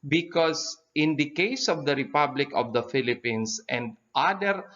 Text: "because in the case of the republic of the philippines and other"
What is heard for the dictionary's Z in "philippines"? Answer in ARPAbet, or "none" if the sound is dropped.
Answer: S